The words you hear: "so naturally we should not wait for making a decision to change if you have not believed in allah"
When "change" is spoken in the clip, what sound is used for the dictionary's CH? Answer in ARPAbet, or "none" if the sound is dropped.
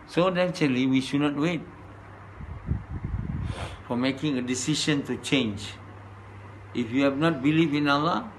CH